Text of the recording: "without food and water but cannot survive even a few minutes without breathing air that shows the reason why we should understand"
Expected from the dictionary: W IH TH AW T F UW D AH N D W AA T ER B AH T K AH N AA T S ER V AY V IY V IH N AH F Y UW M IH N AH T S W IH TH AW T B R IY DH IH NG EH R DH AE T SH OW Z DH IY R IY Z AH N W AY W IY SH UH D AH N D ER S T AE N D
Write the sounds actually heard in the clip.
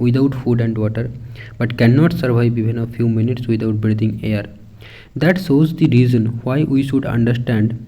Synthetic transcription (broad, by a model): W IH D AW T F UW D AH N D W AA T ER B AH T K AH N AA T S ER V AY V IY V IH N AH F Y UW M IH N AH T S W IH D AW T B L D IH NG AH R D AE T S OW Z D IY R IY Z AH N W AY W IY SH UH D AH N D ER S T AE N D